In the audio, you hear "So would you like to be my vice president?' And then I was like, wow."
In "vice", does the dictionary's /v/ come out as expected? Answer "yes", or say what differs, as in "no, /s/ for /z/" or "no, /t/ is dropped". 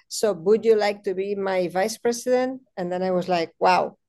yes